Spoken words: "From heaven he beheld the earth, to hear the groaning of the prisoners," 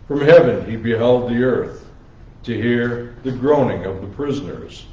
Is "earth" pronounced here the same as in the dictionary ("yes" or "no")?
yes